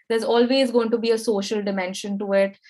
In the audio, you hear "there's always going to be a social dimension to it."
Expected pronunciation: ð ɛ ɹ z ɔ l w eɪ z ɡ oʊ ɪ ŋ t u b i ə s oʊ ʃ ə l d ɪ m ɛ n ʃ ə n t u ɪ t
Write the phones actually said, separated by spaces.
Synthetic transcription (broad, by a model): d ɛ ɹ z ɔ l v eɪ z ɡ oʊ ɪ ŋ t u b i ə s oʊ ʃ ə l d ɪ m ɛ n ʃ ə n t u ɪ t